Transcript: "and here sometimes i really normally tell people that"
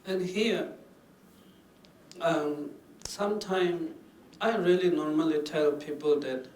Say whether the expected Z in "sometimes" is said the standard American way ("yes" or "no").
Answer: no